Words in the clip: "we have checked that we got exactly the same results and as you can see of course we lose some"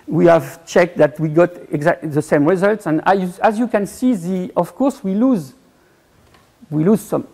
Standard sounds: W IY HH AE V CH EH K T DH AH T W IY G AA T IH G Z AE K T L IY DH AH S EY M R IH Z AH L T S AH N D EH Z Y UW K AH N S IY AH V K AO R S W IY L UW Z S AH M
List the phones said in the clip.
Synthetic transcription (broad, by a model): W IY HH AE V CH EH K T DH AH T W IY G AA T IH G Z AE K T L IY DH AH S EY M R IH Z AH L T S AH N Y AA Z Y UW K AH N S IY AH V K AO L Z W IY L UW Z S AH M